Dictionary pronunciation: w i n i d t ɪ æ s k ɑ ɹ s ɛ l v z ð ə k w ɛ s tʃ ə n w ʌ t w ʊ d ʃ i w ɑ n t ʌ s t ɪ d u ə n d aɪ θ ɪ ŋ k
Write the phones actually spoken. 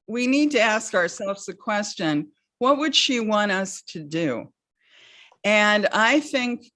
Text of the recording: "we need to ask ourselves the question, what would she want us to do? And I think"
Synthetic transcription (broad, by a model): w i n i d t ɪ æ s k ɑ ɹ s ɛ l v z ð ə k w ɛ s tʃ ə n w ʌ t w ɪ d ʃ i w ɑ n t ʌ s t ɪ d u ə n aɪ θ ɪ ŋ k